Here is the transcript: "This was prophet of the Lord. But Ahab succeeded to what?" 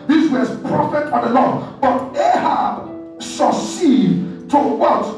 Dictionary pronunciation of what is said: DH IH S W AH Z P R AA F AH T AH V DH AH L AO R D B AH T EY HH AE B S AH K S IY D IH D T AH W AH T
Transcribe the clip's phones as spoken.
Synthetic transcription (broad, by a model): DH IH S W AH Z P R AA F AH T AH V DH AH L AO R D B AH T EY HH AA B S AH S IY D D T AH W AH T